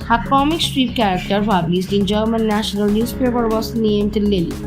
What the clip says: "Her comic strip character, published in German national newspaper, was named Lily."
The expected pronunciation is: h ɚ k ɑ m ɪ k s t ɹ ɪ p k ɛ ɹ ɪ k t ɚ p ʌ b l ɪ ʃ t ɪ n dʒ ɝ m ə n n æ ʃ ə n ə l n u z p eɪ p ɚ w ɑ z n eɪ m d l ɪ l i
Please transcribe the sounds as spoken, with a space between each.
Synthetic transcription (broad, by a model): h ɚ k ɑ m ɪ k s t ɹ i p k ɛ ɹ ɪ k t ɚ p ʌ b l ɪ s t ɪ n dʒ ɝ m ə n n æ ʃ ə n ə l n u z p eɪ p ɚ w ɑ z n eɪ m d l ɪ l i